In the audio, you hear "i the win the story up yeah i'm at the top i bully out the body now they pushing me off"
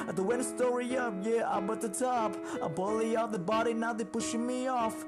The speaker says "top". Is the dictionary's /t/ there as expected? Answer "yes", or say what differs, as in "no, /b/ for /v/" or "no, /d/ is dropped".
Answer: yes